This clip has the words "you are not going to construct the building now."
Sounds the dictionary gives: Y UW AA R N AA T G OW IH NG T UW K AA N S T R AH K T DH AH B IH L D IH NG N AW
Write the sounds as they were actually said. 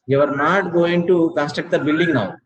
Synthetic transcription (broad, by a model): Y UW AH R N AA T G OW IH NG T UW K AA S T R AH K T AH B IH L D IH NG N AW